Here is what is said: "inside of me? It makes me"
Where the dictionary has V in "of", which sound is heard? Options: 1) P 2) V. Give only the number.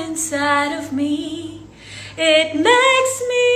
2